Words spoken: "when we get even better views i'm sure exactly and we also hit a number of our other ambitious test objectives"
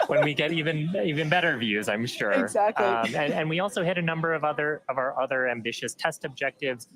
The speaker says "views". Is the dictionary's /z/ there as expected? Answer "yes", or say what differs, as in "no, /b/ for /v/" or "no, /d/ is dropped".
yes